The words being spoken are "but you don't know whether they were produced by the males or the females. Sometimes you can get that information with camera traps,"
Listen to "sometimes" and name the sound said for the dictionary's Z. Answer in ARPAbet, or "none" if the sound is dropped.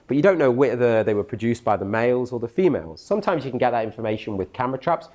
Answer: Z